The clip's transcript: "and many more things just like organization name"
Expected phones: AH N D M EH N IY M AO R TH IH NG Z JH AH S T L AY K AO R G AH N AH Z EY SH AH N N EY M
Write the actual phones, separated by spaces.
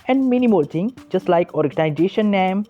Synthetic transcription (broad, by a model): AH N D M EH N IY M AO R T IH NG JH AH S T L AY K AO R G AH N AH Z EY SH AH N N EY M